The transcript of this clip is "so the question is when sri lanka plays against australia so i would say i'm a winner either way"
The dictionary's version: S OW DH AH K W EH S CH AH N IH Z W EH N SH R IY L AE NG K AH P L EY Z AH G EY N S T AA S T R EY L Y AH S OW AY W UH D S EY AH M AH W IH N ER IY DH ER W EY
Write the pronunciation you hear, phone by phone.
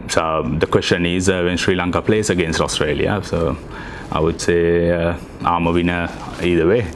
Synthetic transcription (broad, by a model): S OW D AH K W EH S CH AH N IH Z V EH N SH R IY L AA NG K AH P L EY S AH G EY N S T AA S T R EY L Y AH S OW AY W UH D S EY AH M AH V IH N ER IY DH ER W EY